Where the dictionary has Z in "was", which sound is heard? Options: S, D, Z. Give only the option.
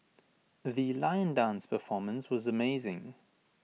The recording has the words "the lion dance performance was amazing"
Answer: Z